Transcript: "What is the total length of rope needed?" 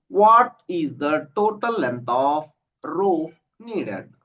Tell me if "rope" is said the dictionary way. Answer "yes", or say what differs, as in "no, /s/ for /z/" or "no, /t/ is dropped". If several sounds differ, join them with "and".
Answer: no, /f/ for /p/